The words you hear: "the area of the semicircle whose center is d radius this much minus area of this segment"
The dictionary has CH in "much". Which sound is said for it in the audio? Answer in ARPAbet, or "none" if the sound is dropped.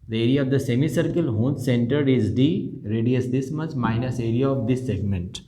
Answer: S